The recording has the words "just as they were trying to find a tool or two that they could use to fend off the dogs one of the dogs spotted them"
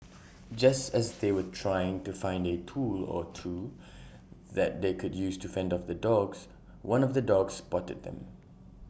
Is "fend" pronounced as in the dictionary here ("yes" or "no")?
yes